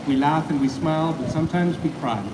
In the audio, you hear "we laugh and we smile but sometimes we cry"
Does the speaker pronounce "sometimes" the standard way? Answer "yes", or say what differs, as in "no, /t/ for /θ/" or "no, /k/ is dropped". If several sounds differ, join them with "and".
yes